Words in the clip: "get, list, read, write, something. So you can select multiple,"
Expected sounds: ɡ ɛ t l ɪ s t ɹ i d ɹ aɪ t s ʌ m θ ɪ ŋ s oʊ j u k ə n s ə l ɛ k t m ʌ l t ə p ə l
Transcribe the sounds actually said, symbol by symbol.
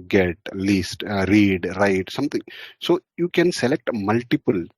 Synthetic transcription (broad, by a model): ɡ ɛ t l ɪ s t ɹ i d ɹ aɪ t s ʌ m t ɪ ŋ s oʊ j u k ə n s ə l ɛ k t m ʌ l t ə p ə l